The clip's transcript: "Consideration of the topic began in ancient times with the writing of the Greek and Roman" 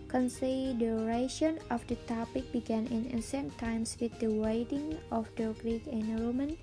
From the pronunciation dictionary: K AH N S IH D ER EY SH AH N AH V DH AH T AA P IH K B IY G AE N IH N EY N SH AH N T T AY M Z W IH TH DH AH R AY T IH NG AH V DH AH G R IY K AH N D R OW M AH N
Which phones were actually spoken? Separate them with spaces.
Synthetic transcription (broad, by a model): K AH N S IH D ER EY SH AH N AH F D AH T AA P IH K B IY G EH N IH N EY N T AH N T T AY M S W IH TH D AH W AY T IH NG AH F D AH G R IY K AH N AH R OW M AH N